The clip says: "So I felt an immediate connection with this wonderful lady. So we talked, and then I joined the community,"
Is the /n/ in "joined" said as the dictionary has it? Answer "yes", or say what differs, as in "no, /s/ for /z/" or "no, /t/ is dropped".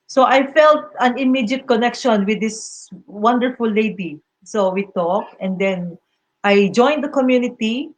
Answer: yes